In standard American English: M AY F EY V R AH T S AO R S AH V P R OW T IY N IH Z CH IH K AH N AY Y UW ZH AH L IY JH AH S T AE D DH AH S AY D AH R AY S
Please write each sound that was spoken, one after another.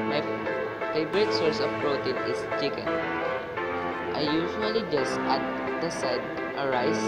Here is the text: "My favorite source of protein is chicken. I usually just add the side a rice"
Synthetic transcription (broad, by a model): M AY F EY B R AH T S AO R S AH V P R OW T IY N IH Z CH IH K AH N AY Y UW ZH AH L IY JH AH S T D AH S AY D AH R AY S